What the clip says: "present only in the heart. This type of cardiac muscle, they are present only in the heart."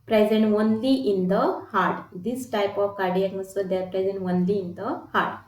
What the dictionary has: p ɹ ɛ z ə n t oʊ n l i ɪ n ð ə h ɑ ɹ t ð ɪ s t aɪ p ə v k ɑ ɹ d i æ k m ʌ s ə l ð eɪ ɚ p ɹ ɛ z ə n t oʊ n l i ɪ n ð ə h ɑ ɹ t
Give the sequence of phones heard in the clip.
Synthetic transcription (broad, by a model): p ɹ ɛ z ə n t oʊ n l i ɪ n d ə h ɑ ɹ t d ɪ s t aɪ p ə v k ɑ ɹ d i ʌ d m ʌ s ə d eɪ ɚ p ɹ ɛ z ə n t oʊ n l i ɪ n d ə h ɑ ɹ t